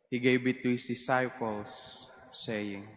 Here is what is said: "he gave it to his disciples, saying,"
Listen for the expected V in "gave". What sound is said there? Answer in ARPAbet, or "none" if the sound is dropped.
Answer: B